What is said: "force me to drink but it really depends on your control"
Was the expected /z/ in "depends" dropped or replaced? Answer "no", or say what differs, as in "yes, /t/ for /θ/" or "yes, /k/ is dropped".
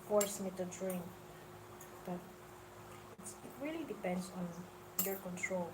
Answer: yes, /s/ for /z/